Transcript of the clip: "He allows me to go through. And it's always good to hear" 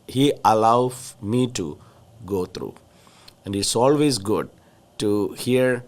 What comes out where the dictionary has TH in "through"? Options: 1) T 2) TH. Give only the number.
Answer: 1